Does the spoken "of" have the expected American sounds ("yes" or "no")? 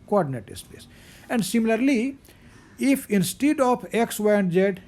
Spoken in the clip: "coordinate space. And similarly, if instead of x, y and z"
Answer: no